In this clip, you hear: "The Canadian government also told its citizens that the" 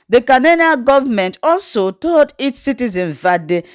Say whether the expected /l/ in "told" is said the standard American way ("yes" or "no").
no